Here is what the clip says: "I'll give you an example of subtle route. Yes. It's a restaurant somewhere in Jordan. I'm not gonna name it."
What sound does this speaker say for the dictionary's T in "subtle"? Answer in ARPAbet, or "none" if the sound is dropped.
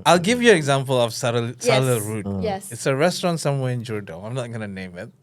S